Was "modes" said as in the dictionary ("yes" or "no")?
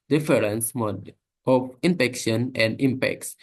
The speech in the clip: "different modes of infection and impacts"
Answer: no